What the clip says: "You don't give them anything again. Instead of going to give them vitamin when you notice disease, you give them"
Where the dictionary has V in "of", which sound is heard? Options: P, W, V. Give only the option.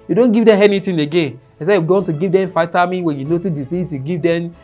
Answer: W